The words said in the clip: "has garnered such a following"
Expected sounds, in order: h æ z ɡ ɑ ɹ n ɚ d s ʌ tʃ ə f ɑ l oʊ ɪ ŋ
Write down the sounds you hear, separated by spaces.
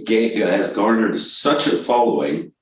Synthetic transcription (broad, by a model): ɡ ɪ z ɡ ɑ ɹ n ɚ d s ʌ tʃ ə f ɑ l oʊ ɪ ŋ